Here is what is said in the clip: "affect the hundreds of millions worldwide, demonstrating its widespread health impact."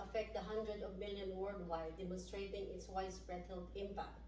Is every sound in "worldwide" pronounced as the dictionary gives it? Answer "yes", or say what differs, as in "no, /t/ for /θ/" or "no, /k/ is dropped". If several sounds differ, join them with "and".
no, /l/ is dropped